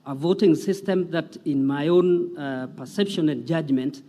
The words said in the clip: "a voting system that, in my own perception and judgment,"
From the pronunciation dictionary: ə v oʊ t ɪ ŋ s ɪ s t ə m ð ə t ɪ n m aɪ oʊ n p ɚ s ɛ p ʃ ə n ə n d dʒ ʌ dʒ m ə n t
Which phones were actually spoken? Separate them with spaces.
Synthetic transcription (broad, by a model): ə v oʊ t ɪ ŋ s ɪ s t ə m ð ə t ɪ n m aɪ oʊ n p ɚ s ɛ p ʃ ə n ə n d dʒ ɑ dʒ m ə n t